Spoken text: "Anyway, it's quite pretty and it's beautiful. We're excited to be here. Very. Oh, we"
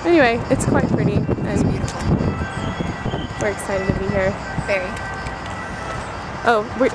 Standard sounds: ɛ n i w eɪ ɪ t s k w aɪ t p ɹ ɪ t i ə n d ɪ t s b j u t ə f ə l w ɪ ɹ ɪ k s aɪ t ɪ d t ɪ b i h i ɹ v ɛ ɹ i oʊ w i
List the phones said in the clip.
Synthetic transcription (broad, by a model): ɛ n i w eɪ ɪ t s k w aɪ t p ɹ ɪ t i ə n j w ɪ ɹ ɪ k s aɪ t ɪ d t ɪ b i h i ɹ f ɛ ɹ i oʊ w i